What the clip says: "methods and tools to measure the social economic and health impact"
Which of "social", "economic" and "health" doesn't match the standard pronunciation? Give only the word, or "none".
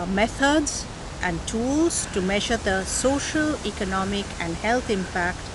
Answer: health